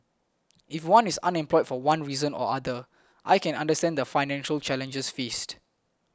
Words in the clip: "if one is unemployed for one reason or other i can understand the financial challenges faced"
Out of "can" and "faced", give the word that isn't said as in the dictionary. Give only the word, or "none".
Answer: none